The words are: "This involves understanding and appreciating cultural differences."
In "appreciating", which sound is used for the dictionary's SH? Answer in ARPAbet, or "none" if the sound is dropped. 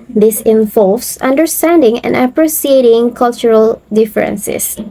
S